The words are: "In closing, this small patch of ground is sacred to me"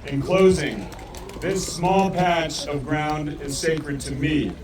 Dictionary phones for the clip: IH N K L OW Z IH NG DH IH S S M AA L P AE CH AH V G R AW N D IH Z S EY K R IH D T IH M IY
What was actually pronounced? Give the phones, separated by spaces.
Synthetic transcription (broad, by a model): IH N K L OW Z IH NG DH IH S S M AA L P AE CH AH V G R AW N D IH Z S EY K R IH D T IH M IY